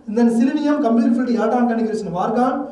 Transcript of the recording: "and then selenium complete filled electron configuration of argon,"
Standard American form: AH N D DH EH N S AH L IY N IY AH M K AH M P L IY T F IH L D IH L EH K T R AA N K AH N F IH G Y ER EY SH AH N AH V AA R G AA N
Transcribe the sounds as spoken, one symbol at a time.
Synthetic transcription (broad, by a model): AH N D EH N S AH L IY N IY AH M K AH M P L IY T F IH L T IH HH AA T AA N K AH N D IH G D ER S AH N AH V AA R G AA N